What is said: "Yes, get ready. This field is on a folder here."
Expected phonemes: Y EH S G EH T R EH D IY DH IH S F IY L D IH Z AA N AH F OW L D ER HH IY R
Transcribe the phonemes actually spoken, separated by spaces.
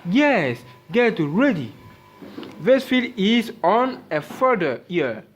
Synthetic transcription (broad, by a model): Y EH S G EH T R EH D IY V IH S F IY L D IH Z AA N AH F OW D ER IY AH